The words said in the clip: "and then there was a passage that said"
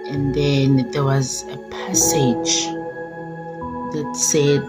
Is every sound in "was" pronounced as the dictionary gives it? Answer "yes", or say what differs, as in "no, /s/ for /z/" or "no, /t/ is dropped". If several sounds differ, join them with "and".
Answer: yes